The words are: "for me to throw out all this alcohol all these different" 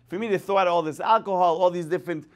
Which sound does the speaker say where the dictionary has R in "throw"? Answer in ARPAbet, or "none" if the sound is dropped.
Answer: none